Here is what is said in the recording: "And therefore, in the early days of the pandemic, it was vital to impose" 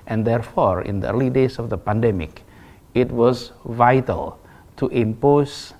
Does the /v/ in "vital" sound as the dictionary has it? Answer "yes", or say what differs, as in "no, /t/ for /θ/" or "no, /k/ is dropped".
yes